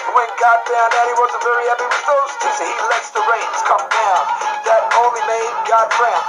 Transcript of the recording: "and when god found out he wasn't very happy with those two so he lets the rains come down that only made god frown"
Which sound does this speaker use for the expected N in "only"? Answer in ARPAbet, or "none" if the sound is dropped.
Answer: none